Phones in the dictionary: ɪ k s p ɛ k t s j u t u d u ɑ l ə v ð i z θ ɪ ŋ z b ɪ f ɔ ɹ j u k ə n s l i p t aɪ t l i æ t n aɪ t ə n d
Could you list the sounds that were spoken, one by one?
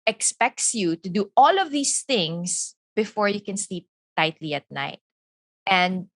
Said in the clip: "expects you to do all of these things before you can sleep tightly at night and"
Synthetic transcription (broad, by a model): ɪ k s p ɛ k t s j u t u d u ɑ l ə v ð i s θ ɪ ŋ s b ɪ f ɔ ɹ j u k ə n s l i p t aɪ t l i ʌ t n aɪ t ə n d